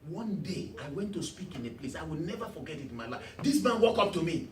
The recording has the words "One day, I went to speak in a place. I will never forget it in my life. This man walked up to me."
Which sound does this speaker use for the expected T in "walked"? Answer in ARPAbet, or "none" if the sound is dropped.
none